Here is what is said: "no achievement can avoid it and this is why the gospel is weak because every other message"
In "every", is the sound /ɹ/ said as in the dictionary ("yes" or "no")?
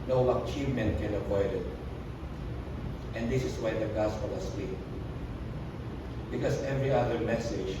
yes